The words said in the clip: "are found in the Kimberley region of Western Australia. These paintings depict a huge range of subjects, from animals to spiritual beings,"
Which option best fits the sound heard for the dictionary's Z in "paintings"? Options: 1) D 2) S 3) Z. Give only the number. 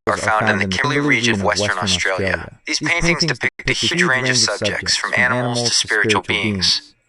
3